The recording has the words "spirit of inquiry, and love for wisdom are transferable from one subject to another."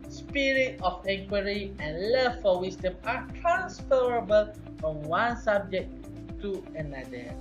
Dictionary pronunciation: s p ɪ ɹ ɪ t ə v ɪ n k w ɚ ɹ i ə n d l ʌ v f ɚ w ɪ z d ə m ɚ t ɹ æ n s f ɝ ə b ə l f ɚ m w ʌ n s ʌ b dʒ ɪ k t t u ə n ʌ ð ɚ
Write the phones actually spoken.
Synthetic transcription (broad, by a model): s p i ɹ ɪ t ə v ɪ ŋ k w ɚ ɹ i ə n l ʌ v f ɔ w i s d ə m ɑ t ɹ æ n s f ɝ ə b ə l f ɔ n w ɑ n s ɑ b dʒ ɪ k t t u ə n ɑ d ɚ